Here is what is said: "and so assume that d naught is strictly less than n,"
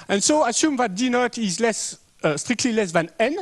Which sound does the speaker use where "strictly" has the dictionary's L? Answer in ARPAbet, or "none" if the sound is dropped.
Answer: L